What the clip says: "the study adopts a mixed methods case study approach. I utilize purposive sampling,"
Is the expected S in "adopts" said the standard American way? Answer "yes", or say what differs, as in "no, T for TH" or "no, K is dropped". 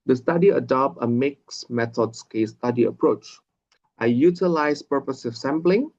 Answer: no, S is dropped